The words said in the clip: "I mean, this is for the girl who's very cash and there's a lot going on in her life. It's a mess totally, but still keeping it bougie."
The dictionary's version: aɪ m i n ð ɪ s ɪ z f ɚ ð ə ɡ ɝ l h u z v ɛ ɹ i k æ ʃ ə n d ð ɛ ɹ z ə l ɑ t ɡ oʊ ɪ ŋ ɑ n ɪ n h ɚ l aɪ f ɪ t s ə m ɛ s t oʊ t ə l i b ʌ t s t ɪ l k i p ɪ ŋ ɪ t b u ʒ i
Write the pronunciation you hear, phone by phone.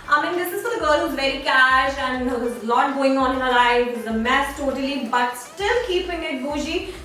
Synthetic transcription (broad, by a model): aɪ m i n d ɪ s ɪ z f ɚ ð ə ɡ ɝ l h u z v ɛ ɹ i k æ ʃ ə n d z ə l ɑ t ɡ oʊ ɪ ŋ ɑ n ɪ n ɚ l aɪ ɪ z ə m ɛ s t oʊ t ə l i b ʌ t s t ɪ l k i p ɪ ŋ ɪ t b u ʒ i